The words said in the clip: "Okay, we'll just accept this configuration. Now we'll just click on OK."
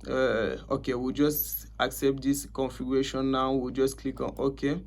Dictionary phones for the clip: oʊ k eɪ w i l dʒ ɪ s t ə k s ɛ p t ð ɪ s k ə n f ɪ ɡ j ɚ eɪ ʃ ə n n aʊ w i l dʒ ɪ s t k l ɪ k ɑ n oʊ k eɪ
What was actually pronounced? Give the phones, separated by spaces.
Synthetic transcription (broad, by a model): oʊ k eɪ w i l dʒ ɪ s t ə k s ɛ p t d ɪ s k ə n f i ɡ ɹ eɪ ʃ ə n n aʊ w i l dʒ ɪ s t k l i k ɑ n oʊ k eɪ